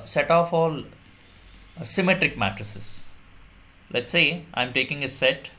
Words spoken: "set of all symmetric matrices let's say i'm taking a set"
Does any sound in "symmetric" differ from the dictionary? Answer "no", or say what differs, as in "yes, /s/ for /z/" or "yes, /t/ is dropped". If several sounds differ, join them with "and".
no